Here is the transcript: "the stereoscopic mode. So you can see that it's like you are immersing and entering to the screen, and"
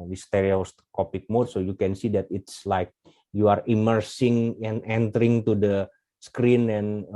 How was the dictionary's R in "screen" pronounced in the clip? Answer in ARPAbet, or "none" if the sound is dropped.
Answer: R